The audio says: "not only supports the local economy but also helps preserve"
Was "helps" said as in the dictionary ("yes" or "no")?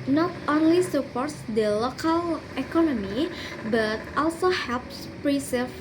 yes